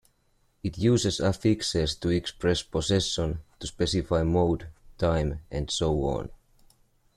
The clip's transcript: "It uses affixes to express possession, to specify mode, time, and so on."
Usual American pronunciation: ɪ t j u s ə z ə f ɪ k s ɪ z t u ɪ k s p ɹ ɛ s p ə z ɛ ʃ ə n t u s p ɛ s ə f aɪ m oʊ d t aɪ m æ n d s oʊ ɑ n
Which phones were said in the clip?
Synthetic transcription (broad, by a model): ɪ t j u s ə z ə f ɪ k s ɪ s t u ɪ k s p ɹ ɛ s p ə s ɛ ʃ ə n t u s p ɛ s ə f aɪ m oʊ d t aɪ m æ n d s oʊ ɑ n